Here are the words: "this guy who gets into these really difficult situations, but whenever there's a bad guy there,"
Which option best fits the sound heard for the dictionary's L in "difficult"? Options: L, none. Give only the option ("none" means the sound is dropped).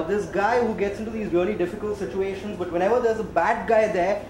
L